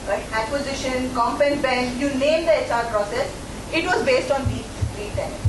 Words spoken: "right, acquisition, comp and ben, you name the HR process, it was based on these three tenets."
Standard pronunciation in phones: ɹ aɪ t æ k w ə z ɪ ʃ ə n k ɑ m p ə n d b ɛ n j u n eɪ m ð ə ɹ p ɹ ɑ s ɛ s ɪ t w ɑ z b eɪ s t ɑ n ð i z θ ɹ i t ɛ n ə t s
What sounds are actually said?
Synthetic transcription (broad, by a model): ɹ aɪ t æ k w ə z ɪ ʃ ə n k ɑ m p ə n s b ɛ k j u n eɪ m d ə ɹ p ɹ ɑ s ɛ s ɪ t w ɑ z b eɪ s t ɑ n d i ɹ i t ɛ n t